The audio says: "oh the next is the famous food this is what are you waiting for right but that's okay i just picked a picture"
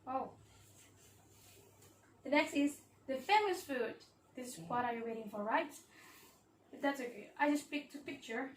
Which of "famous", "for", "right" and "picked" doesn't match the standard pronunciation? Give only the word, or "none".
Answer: none